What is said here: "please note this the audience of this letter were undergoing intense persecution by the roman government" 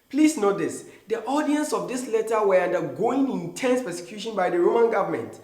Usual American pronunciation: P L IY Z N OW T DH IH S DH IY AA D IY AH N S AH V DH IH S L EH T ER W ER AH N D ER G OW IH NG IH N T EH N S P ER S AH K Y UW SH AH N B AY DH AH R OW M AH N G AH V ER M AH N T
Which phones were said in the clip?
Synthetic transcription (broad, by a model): P L IY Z N OW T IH S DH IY AA D IY AH N S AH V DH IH S L EH T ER W ER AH N D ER G OW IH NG IH N T EH N S P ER S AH K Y UW SH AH N B AY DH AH R OW M AH N G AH V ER M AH N T